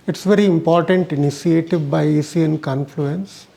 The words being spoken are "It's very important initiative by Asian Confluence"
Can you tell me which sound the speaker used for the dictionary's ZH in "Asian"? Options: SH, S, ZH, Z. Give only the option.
S